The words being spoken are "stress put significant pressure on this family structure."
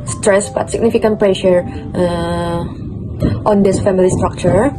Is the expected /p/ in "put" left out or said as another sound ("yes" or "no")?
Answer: yes